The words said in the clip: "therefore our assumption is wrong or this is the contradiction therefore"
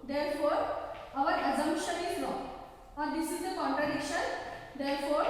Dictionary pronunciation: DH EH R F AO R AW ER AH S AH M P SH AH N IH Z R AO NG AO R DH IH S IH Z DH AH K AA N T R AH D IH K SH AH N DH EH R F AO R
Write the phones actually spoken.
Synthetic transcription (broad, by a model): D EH R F AO R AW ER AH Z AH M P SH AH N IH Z L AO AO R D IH S IH Z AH K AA N T R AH D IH K SH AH N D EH R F AO R